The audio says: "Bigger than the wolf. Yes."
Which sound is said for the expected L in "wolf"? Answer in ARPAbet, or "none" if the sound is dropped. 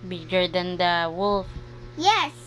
L